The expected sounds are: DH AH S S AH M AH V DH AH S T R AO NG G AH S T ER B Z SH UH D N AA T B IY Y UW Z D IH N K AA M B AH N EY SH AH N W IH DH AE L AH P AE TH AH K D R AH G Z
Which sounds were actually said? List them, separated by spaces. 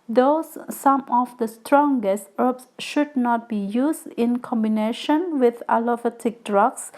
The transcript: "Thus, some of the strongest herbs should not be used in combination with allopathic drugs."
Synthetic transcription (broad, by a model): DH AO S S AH M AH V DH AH S T R AO NG G AH S T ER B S SH UH D N AA T B IY Y UW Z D IH N K AA M B AH N EY SH AH N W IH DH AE L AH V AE T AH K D R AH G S